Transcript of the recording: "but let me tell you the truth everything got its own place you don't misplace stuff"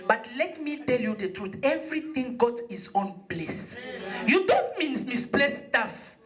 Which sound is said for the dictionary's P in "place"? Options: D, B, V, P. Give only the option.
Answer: B